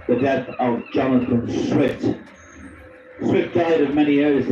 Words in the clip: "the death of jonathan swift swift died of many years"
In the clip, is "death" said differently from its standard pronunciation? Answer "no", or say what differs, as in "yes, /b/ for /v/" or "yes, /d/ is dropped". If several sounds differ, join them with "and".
no